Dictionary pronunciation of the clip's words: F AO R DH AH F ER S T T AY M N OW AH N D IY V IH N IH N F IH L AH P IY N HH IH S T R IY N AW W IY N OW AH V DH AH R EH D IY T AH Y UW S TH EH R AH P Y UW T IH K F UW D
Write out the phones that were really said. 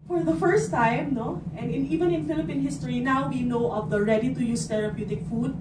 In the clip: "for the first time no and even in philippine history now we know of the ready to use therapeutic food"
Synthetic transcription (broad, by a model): F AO R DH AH F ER S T T AY M N OW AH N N IY V IH N IH N F IH L AH P IY N HH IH S T R IY N AW W IY N OW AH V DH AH R EH D IY T AH Y UW S T EH R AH P Y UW T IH K F UW D